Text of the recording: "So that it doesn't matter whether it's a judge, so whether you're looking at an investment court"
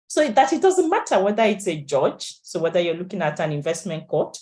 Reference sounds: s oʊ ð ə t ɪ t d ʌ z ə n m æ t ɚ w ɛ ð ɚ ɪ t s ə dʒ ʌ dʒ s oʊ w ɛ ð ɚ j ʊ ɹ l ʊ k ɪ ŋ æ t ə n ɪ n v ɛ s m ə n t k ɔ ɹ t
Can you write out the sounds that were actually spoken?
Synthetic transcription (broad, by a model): s oʊ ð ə t ɪ t d ʌ z ə n m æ t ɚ w ɛ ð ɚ ɪ t s ə dʒ ʌ dʒ s oʊ w ɛ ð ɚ j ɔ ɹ l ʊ k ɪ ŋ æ t ə n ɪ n v ɛ s m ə n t k ɔ t